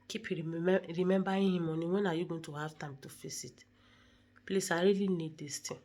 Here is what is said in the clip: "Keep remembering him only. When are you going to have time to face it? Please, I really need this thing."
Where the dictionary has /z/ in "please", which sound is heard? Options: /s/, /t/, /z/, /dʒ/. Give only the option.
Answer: /s/